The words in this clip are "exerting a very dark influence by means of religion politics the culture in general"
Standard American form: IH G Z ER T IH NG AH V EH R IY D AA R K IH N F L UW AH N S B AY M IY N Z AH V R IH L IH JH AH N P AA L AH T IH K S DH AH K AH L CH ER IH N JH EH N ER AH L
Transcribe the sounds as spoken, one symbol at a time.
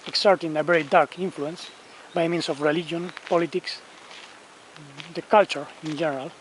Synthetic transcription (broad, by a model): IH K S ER T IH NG AH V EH R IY D AA R K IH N F L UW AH N S B AY M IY N S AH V R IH L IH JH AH N P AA L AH T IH K S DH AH K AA L CH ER IH N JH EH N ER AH L